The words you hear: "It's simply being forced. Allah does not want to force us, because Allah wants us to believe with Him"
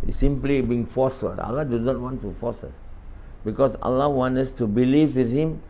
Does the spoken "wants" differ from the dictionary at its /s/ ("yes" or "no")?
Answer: yes